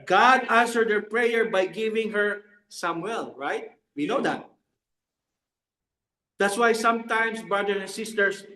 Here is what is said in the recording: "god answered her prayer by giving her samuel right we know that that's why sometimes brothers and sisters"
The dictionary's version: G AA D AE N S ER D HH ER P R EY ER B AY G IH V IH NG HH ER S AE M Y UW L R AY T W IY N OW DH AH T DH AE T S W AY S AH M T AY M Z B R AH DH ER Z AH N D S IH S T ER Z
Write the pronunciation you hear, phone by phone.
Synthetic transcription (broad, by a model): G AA D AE N S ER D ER P R EY ER B AY G IH V IH NG HH ER S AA M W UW L R AY T W IY N OW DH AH T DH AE T S W AY S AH M T AY M S B R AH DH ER AH N S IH S T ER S